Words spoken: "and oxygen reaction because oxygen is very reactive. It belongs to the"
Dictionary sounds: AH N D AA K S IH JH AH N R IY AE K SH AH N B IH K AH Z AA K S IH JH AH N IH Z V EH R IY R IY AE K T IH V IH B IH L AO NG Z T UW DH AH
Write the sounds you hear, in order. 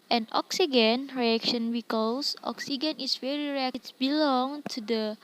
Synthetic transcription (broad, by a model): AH N AA K S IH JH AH N R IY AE K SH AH N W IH K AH S AA K S IH JH AH N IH S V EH R IY R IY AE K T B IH L AO NG T UW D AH